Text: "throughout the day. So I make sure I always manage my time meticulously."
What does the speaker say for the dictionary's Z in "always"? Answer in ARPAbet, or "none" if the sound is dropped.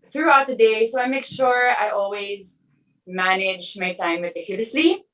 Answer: Z